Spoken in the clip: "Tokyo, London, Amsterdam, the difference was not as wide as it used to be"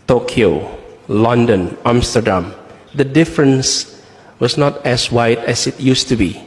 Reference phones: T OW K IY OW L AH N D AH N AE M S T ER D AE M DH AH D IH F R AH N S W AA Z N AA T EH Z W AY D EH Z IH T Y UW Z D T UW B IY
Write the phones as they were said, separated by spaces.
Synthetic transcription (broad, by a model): T OW K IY OW L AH N D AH N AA M S T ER D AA M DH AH D IH F R AH N S W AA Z N AA T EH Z W AY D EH S IH T Y UW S T UW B IY